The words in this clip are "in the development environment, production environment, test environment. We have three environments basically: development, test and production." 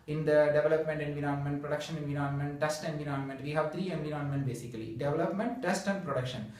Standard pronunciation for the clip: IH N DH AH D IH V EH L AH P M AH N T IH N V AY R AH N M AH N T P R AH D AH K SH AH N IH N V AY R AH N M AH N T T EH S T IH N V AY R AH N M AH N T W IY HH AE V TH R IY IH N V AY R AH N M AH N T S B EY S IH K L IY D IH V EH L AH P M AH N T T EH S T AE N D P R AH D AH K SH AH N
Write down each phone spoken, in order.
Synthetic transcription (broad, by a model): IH N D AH D IH V EH L AH P M AH N T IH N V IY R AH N M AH N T P R AH D AH K SH AH N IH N V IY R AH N M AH N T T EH S T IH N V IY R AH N M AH N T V IY HH AE V T R IY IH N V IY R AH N M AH N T B EY S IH K L IY D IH V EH L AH P M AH N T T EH S T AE N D P R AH D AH K SH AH N